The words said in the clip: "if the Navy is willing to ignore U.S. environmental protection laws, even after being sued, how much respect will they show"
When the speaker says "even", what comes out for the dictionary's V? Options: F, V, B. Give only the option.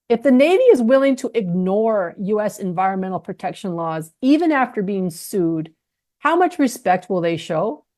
V